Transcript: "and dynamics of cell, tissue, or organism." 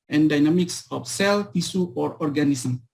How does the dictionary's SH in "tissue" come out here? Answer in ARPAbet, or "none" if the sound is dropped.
S